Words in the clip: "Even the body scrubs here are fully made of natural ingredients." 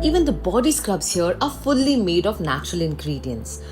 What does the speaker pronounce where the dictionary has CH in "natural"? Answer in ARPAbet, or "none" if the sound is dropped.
CH